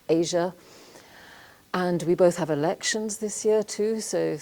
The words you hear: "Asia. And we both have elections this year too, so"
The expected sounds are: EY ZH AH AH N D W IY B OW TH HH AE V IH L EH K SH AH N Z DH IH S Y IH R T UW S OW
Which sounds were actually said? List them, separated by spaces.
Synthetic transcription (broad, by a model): EY ZH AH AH N W IY B OW TH HH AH V IH L EH K SH AH N Z DH IH S Y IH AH T UW S OW